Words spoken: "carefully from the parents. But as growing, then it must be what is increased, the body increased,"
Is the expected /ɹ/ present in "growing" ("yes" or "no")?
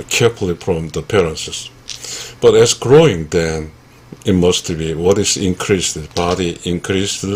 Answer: yes